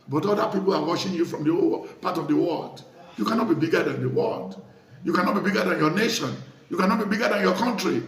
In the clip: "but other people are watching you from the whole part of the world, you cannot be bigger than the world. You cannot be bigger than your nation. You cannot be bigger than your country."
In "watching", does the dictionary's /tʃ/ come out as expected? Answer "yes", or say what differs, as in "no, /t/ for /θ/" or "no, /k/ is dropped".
no, /ʃ/ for /tʃ/